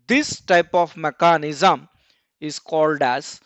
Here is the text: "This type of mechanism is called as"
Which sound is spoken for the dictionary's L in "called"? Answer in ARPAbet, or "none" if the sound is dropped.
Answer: L